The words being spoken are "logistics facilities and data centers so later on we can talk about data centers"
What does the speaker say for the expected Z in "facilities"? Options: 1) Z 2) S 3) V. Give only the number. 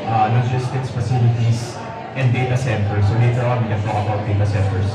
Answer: 2